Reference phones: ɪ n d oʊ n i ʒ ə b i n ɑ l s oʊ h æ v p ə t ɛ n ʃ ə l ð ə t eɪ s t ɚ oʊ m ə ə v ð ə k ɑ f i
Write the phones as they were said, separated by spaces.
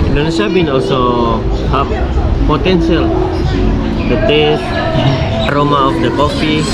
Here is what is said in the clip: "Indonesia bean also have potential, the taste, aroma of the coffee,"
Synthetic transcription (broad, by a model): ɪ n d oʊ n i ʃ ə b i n ɑ l s oʊ h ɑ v p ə t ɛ n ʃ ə l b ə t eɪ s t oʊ m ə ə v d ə k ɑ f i